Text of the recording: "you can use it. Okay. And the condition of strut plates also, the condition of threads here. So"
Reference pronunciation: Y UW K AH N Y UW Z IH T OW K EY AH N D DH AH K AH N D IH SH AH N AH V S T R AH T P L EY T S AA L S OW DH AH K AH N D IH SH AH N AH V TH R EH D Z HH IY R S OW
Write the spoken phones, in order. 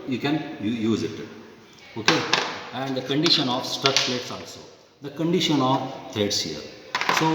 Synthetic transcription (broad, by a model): Y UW K AH N Y UW Z IH T OW K EY AH N D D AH K AH N D IH SH AH N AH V S T AH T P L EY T S AA L S OW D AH K AH N D IH SH AH N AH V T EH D S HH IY R S OW